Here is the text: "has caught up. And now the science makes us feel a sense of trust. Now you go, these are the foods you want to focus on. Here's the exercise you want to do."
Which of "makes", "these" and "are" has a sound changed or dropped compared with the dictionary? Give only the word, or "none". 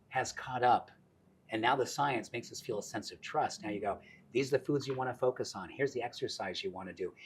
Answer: none